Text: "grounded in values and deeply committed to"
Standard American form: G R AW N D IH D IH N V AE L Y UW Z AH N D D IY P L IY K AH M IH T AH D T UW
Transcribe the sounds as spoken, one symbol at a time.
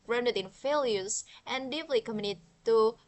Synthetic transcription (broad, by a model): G R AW N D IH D IH N F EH L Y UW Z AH N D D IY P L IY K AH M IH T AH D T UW